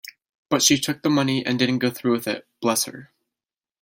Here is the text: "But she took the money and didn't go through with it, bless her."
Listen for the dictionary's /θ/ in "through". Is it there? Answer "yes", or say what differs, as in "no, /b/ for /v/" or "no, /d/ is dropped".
yes